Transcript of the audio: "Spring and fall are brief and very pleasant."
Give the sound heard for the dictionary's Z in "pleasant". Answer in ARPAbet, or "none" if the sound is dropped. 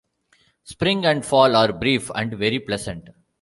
S